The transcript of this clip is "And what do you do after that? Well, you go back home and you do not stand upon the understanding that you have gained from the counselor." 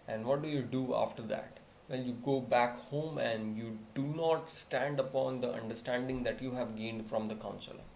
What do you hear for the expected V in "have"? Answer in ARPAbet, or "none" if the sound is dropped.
V